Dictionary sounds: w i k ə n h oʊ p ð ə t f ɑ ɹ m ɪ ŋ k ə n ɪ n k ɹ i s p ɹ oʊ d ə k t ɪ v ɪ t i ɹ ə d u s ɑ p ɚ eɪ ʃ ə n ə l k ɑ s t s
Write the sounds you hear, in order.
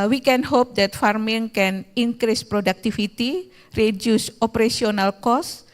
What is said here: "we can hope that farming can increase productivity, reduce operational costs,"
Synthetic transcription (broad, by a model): w i k ə n h oʊ p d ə t f ɑ ɹ m ɪ ŋ k ə n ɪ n k ɹ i s p ɹ oʊ d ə k t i f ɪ t i ɹ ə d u s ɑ p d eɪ s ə n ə l k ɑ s s